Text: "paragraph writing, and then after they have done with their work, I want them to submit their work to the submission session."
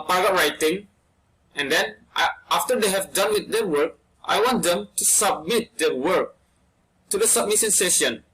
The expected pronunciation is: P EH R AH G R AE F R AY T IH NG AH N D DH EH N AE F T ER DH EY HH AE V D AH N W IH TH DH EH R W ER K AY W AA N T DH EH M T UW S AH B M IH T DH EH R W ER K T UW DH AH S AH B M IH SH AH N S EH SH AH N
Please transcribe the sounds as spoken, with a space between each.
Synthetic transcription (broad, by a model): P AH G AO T R AY T IH NG AH N D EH N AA F T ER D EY HH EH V D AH N W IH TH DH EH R W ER K AY W AA N T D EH M T UW S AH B M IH T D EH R W ER K T UW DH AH S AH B M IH S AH N S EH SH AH N